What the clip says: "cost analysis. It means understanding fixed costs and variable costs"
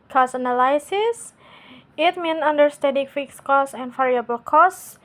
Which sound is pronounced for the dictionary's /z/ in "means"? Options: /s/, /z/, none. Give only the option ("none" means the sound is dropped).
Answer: none